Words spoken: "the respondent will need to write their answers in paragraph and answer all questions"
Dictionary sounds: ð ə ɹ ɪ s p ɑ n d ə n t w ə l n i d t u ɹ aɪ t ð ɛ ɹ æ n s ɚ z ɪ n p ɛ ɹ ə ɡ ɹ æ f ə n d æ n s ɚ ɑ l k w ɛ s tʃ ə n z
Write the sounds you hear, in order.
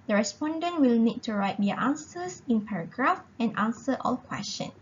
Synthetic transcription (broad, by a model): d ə ɹ ɪ s p ɑ n d ə n t w ə l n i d t u ɹ aɪ t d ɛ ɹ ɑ n s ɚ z ɪ n p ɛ ɹ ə ɡ ɹ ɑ f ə n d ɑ n s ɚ ɑ l k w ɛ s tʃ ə n